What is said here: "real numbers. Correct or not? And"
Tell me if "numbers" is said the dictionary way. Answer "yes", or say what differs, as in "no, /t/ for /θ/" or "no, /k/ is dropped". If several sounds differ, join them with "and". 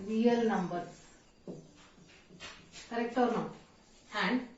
no, /z/ is dropped